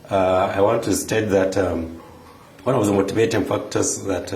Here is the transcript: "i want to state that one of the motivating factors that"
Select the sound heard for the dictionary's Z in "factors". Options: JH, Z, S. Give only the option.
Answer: S